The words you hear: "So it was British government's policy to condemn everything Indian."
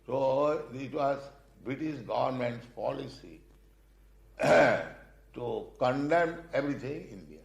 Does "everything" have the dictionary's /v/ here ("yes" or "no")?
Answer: no